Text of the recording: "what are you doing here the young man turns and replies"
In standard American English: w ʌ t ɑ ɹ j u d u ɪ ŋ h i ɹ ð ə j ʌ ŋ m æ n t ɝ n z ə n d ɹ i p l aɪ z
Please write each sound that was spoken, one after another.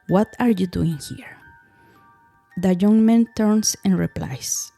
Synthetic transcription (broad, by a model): w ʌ t ɑ ɹ j u d u ɪ ŋ h i ɹ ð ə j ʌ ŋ m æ n t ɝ n s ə n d ɹ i p l aɪ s